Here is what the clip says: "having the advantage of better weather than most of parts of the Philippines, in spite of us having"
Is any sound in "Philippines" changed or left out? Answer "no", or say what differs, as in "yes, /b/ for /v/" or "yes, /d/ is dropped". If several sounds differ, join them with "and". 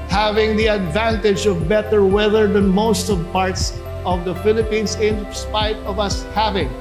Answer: yes, /s/ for /z/